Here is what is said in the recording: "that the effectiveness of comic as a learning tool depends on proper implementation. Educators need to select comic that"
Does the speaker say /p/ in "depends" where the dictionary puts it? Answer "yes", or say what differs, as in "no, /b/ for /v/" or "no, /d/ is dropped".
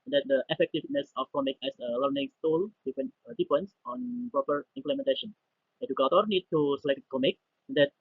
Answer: no, /f/ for /p/